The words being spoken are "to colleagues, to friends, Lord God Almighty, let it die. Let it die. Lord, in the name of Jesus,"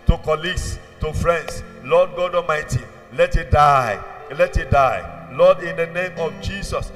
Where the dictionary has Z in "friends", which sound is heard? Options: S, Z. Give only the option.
S